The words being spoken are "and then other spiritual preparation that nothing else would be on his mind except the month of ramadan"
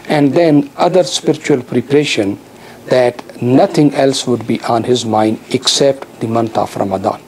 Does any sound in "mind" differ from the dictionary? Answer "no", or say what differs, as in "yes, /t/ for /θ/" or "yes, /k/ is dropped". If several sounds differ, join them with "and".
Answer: no